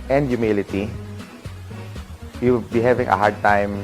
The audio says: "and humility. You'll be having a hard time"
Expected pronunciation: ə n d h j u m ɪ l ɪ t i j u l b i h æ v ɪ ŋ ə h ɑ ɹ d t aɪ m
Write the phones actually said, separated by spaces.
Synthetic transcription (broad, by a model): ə n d j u m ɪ l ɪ t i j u w b i h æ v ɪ ŋ ə h ɑ ɹ d t aɪ m